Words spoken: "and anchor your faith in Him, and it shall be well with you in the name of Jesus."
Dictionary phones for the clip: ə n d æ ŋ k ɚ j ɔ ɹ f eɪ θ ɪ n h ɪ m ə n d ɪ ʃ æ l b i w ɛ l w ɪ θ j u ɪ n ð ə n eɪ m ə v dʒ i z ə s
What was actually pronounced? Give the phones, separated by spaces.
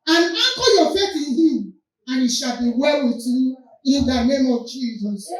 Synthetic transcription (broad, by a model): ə n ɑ k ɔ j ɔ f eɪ t ɪ n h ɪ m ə n ɪ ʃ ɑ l b i w ɛ l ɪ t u ɪ n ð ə n eɪ m ə v dʒ i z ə s